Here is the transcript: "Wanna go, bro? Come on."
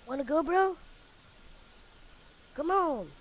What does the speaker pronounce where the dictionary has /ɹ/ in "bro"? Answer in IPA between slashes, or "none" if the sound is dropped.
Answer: /ɹ/